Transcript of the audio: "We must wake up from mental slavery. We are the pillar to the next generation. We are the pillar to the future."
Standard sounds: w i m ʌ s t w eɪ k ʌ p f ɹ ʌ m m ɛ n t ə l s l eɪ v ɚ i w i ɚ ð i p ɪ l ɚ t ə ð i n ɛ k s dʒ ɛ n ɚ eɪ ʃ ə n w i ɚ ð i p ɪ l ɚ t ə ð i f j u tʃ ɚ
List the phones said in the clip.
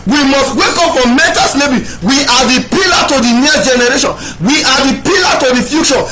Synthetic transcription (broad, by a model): w i m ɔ s t w eɪ k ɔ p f ɹ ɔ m m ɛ n t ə s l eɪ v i w i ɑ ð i p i l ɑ t ə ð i n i s dʒ ɛ n ɚ eɪ ʃ ə n w i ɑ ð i p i l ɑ t ə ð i f j u tʃ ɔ